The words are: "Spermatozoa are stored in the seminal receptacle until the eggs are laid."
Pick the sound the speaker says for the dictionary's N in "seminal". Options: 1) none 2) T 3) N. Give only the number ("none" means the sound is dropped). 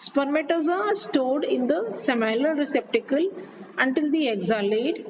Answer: 1